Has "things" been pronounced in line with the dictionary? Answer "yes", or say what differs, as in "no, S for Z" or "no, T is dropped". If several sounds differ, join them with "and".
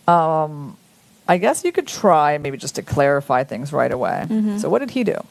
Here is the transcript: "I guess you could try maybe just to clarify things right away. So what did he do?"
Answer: yes